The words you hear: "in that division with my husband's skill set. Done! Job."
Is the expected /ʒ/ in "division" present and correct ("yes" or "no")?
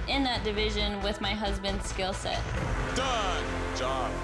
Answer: yes